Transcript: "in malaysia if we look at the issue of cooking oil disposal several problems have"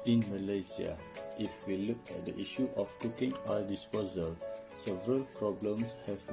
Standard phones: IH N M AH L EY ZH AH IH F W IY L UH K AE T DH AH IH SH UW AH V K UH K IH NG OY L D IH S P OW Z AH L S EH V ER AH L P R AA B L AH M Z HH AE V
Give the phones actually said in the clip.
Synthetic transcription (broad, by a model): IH N M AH L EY S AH IH F W IY L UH K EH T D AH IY SH UW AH F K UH K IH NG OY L D IH S P OW Z AH L S EH V ER AH L P R AA B L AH M S HH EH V